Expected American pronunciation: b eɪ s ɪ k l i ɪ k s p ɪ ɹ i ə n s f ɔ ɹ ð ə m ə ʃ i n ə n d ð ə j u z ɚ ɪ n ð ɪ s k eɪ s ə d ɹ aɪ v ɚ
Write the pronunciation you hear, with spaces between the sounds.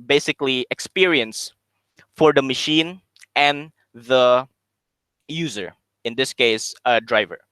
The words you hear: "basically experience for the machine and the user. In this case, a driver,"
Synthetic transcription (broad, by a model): b eɪ s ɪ k l i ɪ k s p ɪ ɹ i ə n s f ɔ ɹ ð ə m ə ʃ i n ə n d ð ə j u z ɚ ɪ n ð ɪ s k eɪ s ə d ɹ aɪ v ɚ